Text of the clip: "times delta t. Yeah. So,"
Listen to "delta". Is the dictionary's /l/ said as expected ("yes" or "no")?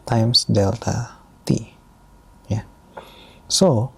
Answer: yes